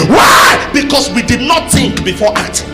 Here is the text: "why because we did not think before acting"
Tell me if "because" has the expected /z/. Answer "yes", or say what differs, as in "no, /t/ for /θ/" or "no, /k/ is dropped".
no, /s/ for /z/